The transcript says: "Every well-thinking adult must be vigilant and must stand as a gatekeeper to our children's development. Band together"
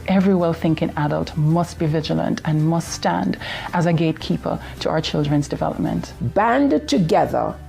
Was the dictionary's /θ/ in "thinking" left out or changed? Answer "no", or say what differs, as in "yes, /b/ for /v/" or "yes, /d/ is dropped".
no